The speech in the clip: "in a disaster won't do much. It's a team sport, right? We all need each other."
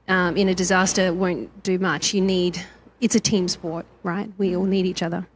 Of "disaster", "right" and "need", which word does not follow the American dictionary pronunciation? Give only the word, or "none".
none